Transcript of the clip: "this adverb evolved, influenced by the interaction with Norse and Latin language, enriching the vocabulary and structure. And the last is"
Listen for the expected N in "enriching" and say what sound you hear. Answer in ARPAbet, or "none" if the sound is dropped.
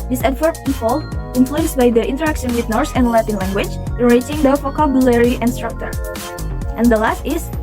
none